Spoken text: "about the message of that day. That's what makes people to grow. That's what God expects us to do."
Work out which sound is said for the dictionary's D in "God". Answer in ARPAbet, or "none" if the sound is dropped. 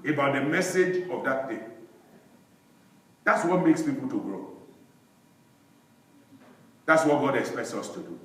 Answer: D